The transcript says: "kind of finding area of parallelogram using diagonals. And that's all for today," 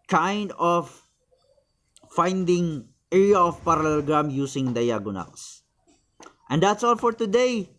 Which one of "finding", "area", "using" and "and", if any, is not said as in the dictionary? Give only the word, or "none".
using